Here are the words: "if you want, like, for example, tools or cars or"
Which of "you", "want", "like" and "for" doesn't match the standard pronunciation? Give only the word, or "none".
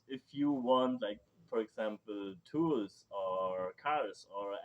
none